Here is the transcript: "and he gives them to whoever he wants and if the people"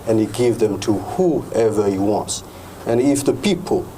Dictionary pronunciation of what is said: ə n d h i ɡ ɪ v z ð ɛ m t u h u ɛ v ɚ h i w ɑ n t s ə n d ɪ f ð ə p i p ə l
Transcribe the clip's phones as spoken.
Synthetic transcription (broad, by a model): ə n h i ɡ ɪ v ð ɛ m t u h u ɛ v ɚ h i w ɑ n t s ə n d ɪ f ð ə p i p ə l